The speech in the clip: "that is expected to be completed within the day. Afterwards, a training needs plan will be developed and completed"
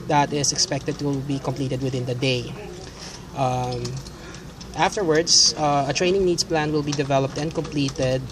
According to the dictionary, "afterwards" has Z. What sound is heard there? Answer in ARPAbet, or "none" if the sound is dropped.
S